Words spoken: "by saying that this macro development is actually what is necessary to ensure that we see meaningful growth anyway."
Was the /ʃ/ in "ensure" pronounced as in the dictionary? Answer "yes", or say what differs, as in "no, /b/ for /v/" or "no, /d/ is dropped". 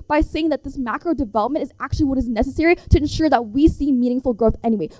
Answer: yes